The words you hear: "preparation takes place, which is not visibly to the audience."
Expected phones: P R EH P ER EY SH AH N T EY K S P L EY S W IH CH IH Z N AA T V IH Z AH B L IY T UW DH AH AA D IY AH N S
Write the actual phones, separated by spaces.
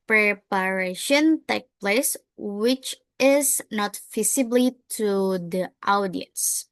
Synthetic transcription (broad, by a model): P R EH P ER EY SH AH N T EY K P L EY S W IH CH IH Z N AA T F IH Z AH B L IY T UW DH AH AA D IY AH N S